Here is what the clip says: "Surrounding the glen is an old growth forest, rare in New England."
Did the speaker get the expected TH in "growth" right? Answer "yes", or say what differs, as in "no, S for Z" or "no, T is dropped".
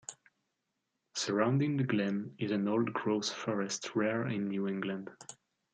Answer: no, S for TH